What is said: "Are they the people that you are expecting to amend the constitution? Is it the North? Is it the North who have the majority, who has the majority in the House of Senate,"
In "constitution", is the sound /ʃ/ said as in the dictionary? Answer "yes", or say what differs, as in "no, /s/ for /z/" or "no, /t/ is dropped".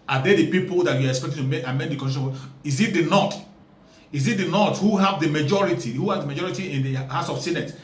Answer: no, /ʃ/ is dropped